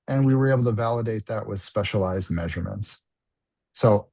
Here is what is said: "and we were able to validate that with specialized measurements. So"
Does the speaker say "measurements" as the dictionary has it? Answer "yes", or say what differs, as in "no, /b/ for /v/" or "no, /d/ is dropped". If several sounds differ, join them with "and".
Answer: yes